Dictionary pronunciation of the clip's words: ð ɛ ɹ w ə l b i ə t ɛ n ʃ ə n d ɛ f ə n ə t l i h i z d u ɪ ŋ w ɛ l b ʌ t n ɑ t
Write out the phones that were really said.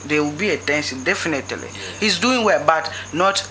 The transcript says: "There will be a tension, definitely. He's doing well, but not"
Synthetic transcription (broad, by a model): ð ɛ w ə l b i ə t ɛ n s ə d ɛ f ə n ə t l i h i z d u ɪ ŋ w ɛ l b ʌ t n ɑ t